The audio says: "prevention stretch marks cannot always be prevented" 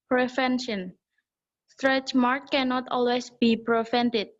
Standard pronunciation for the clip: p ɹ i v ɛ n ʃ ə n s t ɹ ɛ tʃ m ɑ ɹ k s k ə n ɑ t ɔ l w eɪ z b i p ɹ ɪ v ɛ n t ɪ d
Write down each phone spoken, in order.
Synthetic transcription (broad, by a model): p ɹ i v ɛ n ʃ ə n s t ɹ ɛ tʃ m ɑ ɹ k k ə n ɑ t ɔ l w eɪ s b i p ɹ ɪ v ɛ n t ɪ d